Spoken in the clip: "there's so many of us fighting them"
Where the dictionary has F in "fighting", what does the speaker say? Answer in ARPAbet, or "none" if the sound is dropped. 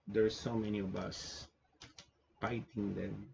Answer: P